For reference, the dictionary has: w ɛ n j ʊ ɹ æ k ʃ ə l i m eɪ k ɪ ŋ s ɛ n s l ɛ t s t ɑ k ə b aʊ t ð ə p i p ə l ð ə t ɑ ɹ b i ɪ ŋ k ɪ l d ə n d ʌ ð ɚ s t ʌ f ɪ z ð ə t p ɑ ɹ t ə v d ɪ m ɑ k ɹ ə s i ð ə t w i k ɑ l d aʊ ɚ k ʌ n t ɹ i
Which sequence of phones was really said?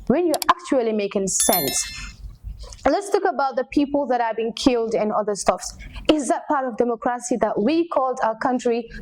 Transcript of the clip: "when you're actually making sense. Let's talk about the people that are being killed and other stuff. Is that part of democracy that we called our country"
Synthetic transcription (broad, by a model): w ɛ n j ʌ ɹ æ k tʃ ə l i m eɪ k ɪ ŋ s ɛ n s l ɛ t s t ɑ k ə b aʊ t ð ə p i p ə l ð ə t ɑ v b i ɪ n k ɪ l d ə n ʌ ð ɚ s t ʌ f ɪ z ð ə t p ɑ ɹ t ə v d ɪ m ɑ k ɹ ə s i ð ə t w i k ɑ l d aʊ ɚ k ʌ n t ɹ i